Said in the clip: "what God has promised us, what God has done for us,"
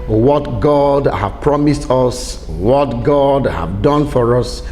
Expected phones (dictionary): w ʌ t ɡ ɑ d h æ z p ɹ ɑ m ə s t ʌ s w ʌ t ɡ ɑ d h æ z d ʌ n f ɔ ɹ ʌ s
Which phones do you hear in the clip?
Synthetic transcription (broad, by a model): w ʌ t ɡ ɑ d h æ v p ɹ ɑ m ə s t ʌ s w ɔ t ɡ ɑ d h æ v d ʌ n f ɔ ɹ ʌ s